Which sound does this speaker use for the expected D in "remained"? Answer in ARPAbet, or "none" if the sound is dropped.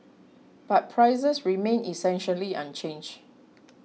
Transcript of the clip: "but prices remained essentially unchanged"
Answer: none